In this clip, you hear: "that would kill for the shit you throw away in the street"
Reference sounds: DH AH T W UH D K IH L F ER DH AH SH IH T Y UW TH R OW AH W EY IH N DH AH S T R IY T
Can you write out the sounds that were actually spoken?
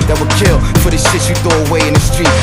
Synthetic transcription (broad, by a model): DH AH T W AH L K IH L F ER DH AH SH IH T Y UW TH OW AH W EY IH N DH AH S T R IY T